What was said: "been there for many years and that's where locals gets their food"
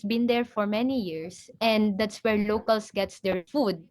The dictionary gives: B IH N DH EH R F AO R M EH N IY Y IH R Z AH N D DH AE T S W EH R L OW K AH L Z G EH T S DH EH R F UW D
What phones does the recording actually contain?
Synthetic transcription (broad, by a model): B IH N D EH R F AO R M EH N IY Y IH R S AH N D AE T S W EH R L OW K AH L S G EH T S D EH R F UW D